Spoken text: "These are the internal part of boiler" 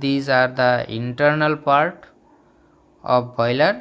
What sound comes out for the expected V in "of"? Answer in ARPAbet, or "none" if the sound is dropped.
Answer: P